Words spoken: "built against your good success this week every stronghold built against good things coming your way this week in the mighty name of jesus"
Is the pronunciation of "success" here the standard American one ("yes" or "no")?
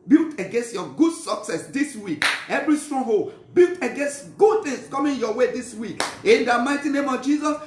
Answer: yes